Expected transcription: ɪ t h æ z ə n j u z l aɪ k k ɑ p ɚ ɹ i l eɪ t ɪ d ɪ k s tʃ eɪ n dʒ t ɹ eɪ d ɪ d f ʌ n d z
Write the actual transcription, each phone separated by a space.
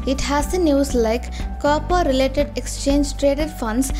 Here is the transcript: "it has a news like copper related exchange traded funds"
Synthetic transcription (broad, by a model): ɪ t h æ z ə n j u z l aɪ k k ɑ p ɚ ɹ i l eɪ t ɪ d ɪ k s tʃ eɪ n dʒ t ɹ eɪ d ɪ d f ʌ n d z